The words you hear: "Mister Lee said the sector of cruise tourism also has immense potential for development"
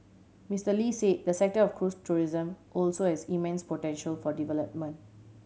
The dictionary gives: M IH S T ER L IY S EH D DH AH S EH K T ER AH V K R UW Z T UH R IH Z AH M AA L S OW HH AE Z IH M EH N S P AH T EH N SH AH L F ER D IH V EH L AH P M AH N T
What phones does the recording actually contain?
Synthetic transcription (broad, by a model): M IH S T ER L IY S EH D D AH S EH K T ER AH F K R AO S T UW R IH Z AH M AA L S OW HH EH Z IH M EH N S P AH T EH N SH AH L F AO D IH V EH L AH P M AH N T